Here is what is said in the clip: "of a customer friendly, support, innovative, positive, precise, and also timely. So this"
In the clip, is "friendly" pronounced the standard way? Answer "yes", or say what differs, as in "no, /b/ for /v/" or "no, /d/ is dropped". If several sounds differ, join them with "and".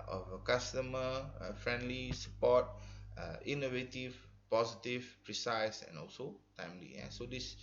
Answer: yes